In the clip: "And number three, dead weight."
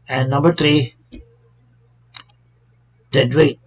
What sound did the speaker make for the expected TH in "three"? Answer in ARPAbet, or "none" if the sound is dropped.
T